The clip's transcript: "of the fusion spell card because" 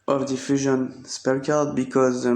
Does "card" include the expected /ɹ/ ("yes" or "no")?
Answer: no